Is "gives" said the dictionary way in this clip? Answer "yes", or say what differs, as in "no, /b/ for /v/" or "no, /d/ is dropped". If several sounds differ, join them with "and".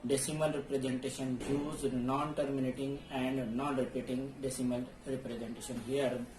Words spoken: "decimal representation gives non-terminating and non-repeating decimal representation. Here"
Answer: no, /v/ is dropped